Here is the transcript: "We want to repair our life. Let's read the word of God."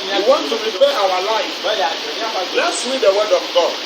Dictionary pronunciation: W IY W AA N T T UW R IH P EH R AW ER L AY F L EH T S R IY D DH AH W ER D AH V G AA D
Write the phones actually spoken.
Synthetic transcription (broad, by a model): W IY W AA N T T UW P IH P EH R AW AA L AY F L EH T S W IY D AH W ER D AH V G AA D